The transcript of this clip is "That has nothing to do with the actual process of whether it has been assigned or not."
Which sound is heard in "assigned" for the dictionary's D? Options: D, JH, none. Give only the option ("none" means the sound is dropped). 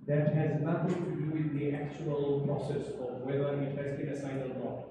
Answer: none